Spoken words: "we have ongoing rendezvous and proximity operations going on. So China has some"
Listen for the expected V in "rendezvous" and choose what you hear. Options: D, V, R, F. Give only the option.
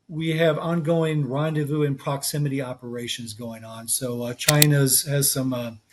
V